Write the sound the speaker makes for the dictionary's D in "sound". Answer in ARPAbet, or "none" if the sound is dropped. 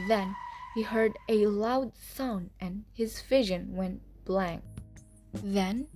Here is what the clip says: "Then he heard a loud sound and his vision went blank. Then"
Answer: none